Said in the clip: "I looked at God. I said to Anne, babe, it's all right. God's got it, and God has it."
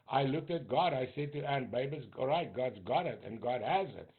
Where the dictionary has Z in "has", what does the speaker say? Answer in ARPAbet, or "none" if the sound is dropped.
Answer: Z